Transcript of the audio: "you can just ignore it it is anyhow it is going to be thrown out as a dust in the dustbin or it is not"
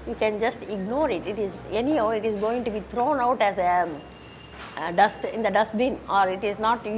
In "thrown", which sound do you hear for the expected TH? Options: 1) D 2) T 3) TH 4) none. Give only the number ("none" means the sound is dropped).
2